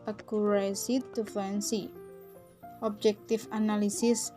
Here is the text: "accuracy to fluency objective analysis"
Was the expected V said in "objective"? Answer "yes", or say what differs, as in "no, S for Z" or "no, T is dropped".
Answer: no, F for V